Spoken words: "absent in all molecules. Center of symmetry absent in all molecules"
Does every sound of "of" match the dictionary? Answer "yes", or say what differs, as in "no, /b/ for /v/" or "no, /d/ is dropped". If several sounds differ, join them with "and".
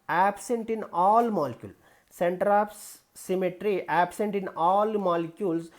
no, /p/ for /v/